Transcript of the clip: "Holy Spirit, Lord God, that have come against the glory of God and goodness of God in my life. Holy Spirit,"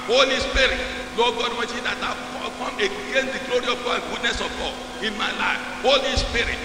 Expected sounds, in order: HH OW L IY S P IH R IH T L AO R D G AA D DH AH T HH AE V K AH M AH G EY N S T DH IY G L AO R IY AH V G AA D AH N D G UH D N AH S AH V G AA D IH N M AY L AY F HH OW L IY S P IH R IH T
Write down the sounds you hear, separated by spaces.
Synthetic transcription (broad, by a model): HH OW L IY S P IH R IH T N AO G AA D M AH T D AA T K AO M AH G EY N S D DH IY G L AO R IY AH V G AA D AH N G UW D N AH S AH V G AA D IH N M AY L AY F HH OW L IY S P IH R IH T